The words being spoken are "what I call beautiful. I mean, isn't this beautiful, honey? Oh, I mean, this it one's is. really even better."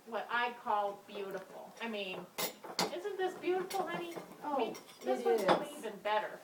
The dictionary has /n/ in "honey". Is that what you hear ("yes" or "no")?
no